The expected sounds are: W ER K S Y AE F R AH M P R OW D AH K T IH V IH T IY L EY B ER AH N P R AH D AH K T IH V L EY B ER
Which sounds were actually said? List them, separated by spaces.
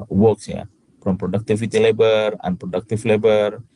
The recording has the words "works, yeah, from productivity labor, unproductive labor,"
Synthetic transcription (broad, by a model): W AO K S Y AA P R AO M P R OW D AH K T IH F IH T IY L EY B ER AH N P R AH D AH K T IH F L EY B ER